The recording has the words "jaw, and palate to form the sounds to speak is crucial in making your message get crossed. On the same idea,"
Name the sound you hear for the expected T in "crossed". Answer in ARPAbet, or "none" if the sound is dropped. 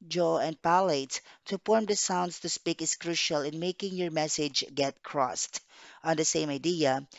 T